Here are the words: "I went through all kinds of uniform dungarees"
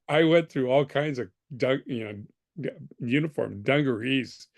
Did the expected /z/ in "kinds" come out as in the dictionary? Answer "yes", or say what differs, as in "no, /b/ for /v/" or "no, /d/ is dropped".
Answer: yes